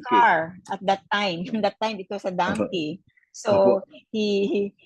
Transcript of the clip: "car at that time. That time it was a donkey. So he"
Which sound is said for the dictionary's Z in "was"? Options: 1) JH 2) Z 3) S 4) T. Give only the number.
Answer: 3